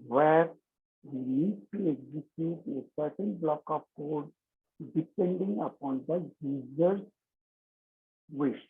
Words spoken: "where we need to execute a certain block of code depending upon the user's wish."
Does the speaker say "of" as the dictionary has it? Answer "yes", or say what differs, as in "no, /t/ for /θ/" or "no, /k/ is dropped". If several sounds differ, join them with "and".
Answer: no, /p/ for /v/